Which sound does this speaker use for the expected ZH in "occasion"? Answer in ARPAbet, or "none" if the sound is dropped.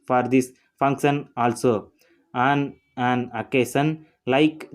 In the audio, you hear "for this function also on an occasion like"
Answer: S